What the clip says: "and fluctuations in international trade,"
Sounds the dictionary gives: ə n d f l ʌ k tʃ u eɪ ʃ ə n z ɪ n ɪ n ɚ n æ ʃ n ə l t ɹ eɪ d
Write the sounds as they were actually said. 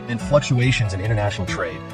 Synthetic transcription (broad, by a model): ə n f l ʌ k tʃ u eɪ ʃ ə n z ɪ n ɪ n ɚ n æ ʃ n l t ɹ eɪ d